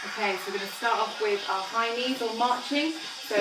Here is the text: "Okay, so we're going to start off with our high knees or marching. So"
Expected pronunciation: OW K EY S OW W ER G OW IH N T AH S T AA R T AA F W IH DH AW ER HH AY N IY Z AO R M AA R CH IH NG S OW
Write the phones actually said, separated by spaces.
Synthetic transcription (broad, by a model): OW K EY S OW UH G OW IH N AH S T AA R T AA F W IH DH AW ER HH AY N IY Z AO L M AA CH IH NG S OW